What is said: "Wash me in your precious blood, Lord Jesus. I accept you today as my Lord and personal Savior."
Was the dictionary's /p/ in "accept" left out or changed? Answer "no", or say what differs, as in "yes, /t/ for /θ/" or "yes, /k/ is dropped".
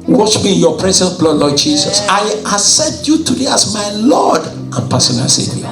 yes, /p/ is dropped